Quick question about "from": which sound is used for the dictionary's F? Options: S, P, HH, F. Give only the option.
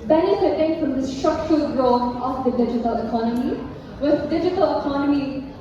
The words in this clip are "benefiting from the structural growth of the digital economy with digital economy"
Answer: F